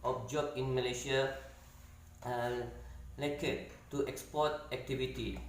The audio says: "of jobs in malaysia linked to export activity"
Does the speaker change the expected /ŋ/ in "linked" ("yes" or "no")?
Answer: yes